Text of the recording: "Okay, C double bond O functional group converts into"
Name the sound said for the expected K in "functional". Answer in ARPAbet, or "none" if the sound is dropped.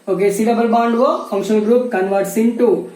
none